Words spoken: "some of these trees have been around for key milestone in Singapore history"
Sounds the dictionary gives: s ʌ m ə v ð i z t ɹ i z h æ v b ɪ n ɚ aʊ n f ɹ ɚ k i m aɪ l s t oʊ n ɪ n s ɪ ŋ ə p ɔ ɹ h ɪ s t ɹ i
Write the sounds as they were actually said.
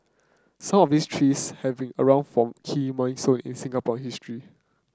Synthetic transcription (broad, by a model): s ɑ m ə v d i s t ɹ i s h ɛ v b ɪ n ɚ aʊ n f ɹ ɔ k i m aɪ n s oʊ n ɪ n s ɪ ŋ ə p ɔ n h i s t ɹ i